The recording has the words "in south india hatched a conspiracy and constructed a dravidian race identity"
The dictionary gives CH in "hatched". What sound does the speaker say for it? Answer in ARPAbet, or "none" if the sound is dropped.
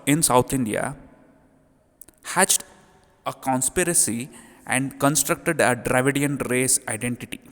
CH